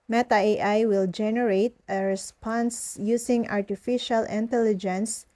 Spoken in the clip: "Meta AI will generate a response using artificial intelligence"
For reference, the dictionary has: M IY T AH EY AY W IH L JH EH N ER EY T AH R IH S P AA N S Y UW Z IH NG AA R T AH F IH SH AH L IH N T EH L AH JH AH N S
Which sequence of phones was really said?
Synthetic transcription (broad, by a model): M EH T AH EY AY W IH L JH EH N ER EY T AH R IH S P AA N S Y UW S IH NG AA R T AH F IH SH AH L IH N T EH L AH JH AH N S